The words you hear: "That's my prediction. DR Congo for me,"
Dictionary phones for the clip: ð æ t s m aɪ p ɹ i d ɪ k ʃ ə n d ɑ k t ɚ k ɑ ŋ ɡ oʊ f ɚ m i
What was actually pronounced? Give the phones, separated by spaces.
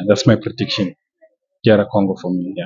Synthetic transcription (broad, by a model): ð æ t s m aɪ p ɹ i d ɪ k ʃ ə n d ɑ t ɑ k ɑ ŋ ɡ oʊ f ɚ m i